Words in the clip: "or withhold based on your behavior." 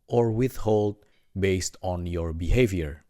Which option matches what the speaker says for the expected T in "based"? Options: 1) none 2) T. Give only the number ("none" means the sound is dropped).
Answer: 2